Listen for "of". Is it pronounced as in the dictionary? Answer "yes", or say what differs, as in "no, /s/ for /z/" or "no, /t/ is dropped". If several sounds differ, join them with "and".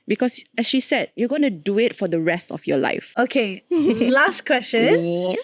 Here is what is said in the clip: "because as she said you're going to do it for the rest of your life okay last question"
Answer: no, /f/ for /v/